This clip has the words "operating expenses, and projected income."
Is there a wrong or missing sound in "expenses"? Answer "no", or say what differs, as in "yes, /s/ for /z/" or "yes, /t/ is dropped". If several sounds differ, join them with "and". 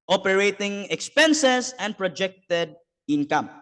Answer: yes, /s/ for /z/